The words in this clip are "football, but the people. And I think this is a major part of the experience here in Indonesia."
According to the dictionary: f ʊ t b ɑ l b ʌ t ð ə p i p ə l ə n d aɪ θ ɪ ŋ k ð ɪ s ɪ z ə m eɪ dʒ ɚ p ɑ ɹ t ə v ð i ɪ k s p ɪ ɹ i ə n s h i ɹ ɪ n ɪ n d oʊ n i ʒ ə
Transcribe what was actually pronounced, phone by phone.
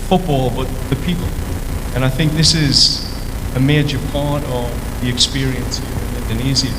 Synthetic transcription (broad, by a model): f ʊ t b ɑ l b ʌ t ð ə p i p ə l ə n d aɪ θ ɪ ŋ k ð ɪ s ɪ z ə m eɪ dʒ ɚ p ɑ ɹ t ə v ð i ɪ k s p ɪ ɹ i ə n s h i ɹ ɪ n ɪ n d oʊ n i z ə